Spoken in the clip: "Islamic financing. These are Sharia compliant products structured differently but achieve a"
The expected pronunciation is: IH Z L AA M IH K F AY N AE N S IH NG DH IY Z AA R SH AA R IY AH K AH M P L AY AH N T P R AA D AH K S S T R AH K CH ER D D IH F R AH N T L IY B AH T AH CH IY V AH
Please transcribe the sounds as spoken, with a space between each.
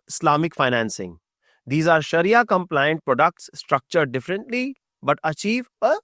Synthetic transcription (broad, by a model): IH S L AA M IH K F AY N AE N S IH NG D IY Z AA R SH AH R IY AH K AH M P L AY AH N T P R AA D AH K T S T R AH K CH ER D D IH F R AH N T L IY B AH T AH CH IY V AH